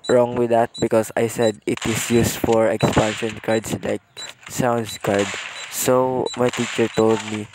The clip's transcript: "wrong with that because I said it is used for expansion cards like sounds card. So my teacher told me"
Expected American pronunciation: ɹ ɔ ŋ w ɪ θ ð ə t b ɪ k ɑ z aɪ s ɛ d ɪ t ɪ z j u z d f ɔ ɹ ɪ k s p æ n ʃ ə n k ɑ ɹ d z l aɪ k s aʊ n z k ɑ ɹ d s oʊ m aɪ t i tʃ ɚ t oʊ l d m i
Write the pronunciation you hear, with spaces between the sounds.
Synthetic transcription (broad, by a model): ɹ ɔ ŋ w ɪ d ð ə t b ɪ k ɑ s aɪ s ɛ d ɪ t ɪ s j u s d f ɔ ɹ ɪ k s p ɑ n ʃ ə n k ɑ ɹ d s l aɪ k s aʊ n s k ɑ ɹ d s oʊ m aɪ t i tʃ ɚ t oʊ l d m i